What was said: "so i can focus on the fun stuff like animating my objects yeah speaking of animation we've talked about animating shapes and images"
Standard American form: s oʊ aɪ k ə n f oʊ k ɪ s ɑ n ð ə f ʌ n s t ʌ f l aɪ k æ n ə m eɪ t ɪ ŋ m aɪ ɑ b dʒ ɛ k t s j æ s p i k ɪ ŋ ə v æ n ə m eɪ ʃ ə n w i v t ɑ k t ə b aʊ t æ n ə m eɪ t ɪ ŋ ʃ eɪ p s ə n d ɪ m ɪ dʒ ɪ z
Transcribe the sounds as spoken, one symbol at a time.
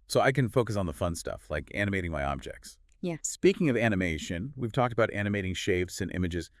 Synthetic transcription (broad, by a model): s oʊ aɪ k ə n f oʊ k ɪ s n ð ə f ʌ n s t ʌ f l aɪ k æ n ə m eɪ t ɪ ŋ m aɪ ɑ b dʒ ɛ k t s j æ s p i k ɪ ŋ ə v æ n ə m eɪ ʃ ə n w i v t ɑ k t ə b aʊ t æ n ə m eɪ t ɪ ŋ ʃ eɪ f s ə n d ɪ m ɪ dʒ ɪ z